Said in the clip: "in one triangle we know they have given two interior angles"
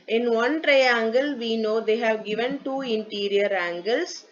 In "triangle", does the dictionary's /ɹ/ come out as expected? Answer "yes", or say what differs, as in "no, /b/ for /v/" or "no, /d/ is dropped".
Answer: yes